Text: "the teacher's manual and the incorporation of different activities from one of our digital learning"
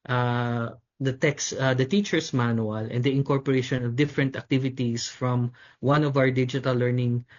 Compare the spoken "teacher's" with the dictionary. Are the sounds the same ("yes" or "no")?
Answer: no